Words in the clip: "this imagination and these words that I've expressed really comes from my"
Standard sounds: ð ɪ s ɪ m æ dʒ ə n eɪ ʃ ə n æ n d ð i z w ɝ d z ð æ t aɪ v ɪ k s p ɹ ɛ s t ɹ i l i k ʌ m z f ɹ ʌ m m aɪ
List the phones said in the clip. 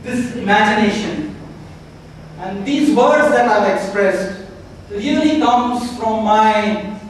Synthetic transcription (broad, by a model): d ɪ s ɪ m æ dʒ ə n eɪ ʃ ə n æ n d i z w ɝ d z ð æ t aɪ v ɪ k s p ɹ ɛ s t l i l i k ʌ m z f ɹ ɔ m m aɪ